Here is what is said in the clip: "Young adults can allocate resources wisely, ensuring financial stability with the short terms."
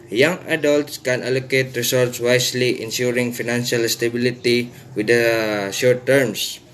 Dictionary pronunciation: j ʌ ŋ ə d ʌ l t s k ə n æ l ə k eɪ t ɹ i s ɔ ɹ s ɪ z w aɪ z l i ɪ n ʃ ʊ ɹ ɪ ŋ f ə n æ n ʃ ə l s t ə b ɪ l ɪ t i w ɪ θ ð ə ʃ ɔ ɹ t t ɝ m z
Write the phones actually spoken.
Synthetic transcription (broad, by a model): j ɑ ŋ ə d ʌ l t s k ə n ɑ l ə k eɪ t ɹ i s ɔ ɹ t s w aɪ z l i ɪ n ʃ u ɹ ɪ ŋ f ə n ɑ n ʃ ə l s t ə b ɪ l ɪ t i w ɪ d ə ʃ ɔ ɹ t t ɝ m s